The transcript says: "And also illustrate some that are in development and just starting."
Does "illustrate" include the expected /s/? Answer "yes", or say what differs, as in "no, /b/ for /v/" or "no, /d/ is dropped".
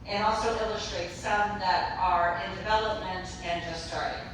yes